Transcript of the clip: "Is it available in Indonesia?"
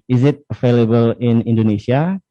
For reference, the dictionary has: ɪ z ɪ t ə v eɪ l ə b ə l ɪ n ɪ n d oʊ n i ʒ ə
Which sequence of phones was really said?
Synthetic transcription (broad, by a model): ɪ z ɪ t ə f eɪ l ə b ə l ɪ n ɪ n d oʊ n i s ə